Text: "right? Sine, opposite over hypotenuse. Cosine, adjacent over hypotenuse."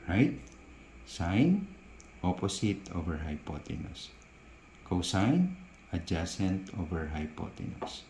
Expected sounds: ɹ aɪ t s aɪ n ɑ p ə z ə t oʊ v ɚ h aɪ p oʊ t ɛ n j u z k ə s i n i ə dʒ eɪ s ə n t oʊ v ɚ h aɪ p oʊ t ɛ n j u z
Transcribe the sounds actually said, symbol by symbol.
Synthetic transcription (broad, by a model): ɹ aɪ t s aɪ n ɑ p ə s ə t oʊ v ɚ h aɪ p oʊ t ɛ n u s k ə s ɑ n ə dʒ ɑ s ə n t oʊ v ɚ h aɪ p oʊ t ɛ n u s